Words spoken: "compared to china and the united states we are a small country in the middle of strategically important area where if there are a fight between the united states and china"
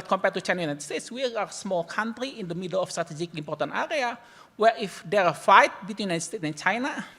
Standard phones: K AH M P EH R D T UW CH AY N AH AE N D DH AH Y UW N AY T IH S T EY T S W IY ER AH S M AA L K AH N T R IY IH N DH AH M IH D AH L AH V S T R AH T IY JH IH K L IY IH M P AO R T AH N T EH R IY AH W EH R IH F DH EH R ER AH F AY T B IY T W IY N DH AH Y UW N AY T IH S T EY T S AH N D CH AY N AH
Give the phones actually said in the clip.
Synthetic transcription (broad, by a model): K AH M P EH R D T UW CH AY N AH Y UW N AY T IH S T EY T S W IY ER AH S M AA L K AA N T R IY IH N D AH M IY D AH L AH F S T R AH T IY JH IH K IY M P AO R T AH N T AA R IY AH W EH R IH F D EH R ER AH F AY T B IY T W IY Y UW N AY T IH S T EY T S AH N CH AY N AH